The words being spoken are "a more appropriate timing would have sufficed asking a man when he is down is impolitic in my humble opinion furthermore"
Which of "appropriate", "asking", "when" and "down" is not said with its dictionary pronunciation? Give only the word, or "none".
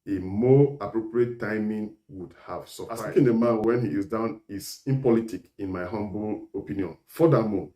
asking